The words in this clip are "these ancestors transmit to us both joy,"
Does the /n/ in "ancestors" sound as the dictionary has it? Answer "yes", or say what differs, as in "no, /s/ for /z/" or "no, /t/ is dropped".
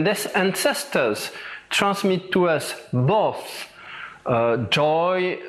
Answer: yes